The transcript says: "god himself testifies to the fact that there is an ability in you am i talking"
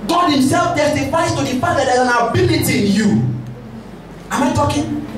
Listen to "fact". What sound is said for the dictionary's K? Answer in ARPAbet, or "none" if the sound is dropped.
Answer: none